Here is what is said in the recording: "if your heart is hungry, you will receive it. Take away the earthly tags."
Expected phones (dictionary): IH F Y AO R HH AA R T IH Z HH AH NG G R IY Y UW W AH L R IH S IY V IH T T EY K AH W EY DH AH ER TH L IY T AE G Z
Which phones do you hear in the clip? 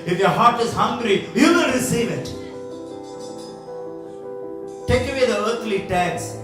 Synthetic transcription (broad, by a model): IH F Y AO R HH AA R T IH Z HH AH NG G R IY Y UW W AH N R IH S IY V IH T T EY K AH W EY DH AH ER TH L IY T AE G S